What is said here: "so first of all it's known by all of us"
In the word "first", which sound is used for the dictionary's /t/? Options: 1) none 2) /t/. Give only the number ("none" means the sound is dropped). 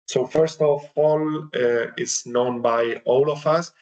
2